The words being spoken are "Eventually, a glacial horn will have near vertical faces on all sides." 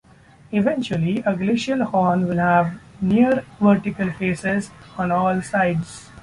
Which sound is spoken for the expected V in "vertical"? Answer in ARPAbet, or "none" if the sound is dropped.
V